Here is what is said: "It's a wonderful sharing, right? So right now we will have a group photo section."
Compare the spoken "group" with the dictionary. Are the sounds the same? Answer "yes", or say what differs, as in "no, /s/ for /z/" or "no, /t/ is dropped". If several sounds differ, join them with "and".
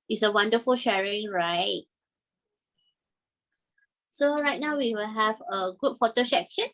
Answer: no, /ɹ/ is dropped